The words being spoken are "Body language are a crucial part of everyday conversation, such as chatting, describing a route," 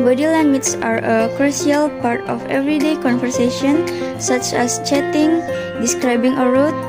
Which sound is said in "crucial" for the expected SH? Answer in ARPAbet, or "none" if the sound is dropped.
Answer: none